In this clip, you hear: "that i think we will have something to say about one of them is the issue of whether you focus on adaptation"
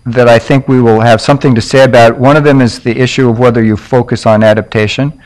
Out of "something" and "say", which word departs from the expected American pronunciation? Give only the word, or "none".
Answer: none